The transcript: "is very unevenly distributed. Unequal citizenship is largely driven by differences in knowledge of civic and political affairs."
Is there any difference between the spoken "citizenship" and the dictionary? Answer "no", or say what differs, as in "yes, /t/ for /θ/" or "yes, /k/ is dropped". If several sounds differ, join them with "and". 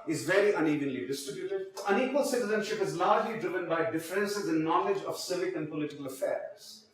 no